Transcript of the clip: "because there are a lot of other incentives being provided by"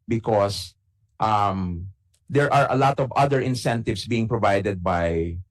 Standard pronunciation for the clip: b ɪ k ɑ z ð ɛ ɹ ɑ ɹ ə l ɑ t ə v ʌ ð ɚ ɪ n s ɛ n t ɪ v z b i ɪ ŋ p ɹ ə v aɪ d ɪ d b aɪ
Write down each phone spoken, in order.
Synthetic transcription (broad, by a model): b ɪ k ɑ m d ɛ ɹ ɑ ɹ ə l ɑ t ə v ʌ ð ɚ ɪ n s ɛ n t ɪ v s b i ɪ ŋ p ɹ ə v aɪ d ɪ d b aɪ